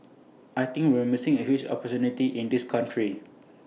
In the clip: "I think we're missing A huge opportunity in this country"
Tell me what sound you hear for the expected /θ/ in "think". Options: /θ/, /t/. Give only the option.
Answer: /t/